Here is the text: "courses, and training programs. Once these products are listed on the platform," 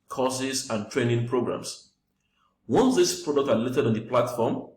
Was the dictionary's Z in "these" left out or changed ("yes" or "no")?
yes